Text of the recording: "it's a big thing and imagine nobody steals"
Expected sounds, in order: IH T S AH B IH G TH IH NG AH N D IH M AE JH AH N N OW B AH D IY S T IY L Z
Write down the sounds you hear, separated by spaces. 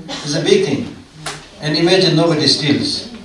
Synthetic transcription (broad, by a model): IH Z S AH B IH G T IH NG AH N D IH M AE JH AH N N OW B AH D IY S T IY L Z